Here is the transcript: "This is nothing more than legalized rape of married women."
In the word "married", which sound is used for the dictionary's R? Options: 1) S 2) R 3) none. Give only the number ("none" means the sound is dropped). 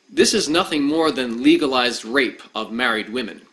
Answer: 2